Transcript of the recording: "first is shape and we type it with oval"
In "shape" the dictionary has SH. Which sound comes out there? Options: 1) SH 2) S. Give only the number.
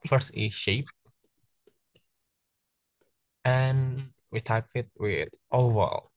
1